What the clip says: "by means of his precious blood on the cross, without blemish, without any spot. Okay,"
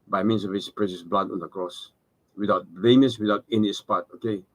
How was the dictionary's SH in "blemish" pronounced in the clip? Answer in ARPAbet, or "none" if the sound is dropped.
S